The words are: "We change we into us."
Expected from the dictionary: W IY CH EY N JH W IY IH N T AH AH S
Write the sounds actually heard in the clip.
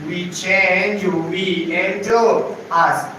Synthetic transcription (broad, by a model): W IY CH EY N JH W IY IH T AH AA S